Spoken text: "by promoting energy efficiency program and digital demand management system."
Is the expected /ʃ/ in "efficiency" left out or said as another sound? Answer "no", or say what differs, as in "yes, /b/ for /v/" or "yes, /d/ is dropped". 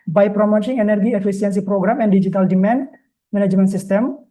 yes, /s/ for /ʃ/